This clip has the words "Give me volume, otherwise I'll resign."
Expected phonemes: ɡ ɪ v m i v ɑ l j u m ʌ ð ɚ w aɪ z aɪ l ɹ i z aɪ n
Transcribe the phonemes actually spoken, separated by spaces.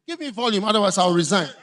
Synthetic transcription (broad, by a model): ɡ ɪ v m i v ɑ l j u m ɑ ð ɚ w aɪ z aɪ w ɹ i z aɪ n